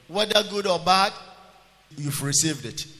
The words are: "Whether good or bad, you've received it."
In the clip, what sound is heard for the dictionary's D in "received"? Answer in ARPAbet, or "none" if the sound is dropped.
D